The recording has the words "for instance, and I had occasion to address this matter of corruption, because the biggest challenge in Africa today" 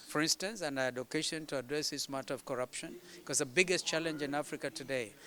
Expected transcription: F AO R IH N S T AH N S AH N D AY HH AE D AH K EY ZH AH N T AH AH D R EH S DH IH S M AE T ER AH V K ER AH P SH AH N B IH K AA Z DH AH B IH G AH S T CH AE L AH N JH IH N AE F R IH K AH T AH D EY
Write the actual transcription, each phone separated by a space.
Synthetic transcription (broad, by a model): F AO R IH N S T AH N S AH N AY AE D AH K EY SH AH N T AH AH D R EH S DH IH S M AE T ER AH V K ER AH P SH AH N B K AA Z DH AH B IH G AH S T CH AE L AH N JH IH N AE F R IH K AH T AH D EY